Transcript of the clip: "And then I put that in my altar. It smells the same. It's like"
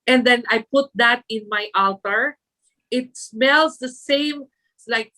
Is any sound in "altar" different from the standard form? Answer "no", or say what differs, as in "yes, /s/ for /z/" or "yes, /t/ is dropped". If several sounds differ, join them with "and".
no